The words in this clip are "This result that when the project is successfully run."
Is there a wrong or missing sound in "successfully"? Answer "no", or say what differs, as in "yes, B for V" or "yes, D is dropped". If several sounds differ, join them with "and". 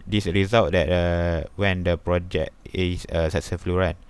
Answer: yes, K is dropped